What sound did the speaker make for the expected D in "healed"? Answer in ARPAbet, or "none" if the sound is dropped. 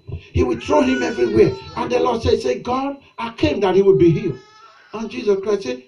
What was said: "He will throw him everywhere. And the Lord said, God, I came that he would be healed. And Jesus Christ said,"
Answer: none